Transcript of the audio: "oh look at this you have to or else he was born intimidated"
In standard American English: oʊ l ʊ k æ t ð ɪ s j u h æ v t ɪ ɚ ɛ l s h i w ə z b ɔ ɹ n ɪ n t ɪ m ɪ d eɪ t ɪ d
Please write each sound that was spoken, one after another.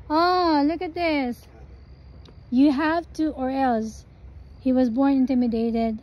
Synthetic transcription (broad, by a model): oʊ l ʊ k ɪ t ð ɪ s j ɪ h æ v t ɪ ɚ ɛ l s h i w ə z b ɔ ɹ n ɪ n t ɪ m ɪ d eɪ t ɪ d